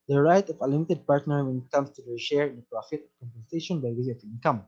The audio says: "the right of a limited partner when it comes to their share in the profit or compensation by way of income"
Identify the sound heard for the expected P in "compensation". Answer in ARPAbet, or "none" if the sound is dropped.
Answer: P